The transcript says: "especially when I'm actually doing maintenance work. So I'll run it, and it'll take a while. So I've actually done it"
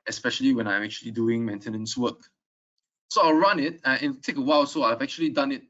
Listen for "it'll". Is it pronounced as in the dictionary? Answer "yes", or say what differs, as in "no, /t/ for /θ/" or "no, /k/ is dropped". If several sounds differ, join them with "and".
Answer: no, /n/ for /l/